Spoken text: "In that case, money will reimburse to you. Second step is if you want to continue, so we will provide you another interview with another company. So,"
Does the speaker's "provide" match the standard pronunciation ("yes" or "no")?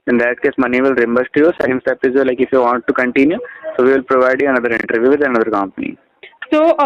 yes